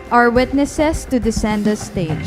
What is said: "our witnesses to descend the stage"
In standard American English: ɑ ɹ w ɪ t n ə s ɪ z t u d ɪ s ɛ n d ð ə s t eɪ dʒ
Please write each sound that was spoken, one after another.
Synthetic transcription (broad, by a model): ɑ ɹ w ɪ t n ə s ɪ s t u d ɪ s ɛ n d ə s t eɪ